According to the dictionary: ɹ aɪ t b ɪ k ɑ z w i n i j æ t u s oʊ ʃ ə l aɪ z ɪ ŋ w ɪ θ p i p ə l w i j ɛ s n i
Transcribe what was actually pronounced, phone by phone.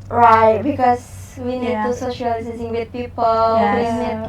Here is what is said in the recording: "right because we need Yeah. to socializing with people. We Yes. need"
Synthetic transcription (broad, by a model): ɹ aɪ t b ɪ k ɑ s w i n i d t u s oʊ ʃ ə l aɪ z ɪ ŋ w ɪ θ p i p ə l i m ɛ n